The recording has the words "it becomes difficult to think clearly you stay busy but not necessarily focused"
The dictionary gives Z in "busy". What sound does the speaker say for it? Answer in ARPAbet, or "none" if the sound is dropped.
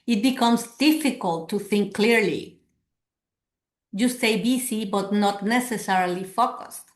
S